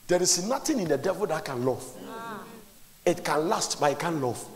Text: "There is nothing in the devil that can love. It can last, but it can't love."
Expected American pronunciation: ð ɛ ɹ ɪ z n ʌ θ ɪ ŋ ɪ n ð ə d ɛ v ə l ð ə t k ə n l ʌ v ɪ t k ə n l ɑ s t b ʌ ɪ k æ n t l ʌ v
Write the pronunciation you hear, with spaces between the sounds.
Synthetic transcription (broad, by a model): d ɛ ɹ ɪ s n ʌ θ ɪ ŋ ɪ n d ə d ɛ v ə l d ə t k ə n l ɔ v ɪ t k ə n l ɑ s t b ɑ ɪ k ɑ n l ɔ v